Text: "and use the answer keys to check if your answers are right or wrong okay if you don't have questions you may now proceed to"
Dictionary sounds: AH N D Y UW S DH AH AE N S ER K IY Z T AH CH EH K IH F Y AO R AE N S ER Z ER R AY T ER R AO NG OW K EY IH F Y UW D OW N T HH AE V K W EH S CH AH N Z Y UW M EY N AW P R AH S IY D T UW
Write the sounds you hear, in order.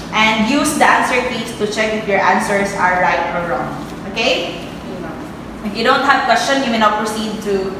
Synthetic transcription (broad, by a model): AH N D Y UW S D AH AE N S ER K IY S T AH CH EH K IH F Y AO R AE N S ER S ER R AY T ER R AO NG OW K EY IH F Y UW D OW N T HH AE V K W EH S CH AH N Y UW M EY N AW P R AH S IY D T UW